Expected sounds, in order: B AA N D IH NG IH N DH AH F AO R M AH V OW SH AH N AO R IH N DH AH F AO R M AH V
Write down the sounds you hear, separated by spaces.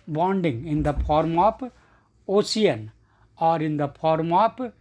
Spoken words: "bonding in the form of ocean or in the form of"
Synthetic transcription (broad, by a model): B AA N D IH NG IH N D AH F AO R M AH P OW S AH N AO R IH N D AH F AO R M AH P